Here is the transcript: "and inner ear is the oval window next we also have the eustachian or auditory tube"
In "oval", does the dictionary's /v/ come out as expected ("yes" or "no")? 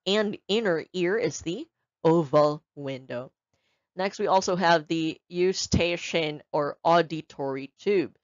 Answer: yes